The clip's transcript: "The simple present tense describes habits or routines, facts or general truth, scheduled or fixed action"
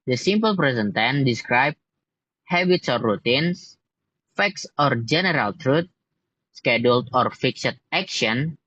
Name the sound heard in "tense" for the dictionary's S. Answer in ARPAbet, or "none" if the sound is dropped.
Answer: none